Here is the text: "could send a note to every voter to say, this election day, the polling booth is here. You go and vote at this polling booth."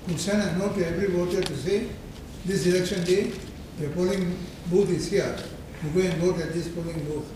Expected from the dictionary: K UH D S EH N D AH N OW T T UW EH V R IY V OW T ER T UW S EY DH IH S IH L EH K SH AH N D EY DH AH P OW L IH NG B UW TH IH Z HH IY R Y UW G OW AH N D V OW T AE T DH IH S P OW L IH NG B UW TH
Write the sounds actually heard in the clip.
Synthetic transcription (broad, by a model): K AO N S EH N AH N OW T T UW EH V R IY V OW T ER T UW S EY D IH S IH L EH K SH AH N D EY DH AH P OW L IH NG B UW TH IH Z HH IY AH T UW G OW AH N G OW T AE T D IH S P OW L IH NG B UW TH